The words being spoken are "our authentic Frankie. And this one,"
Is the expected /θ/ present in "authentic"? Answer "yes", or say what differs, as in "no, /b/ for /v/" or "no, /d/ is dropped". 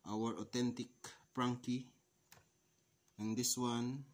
no, /t/ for /θ/